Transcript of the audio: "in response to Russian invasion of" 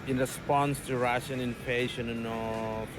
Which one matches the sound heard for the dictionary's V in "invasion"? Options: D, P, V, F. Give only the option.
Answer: P